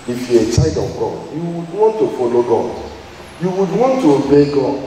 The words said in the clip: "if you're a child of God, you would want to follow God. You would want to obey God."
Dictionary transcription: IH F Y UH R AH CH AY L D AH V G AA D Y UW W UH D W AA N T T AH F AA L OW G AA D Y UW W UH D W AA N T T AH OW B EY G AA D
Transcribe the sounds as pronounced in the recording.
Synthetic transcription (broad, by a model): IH F Y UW AH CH AY D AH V G AA D Y UW W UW D W AA N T T AH F AA L OW G AA D Y UW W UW D W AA N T T AH OW B EY G AA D